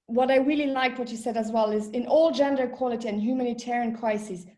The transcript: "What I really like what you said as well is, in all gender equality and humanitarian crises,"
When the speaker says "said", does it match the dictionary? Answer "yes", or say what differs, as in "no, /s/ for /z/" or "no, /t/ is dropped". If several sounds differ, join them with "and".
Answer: yes